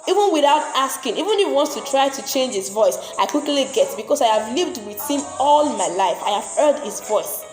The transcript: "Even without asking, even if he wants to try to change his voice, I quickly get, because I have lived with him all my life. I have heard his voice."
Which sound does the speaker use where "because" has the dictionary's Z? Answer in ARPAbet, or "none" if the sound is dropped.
S